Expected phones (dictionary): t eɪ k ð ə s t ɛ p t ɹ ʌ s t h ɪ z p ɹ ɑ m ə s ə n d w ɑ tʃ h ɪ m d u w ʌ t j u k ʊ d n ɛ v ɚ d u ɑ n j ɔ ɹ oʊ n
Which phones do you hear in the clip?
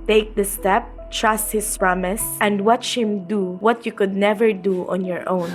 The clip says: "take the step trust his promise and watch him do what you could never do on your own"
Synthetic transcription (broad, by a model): t eɪ k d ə s t ɛ p t ɹ ʌ s t h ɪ s p ɹ ɑ m ə s ə n d w ɑ tʃ h ɪ m d u w ʌ t j u k ʊ d n ɛ v ɚ d u ɑ n j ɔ ɹ oʊ n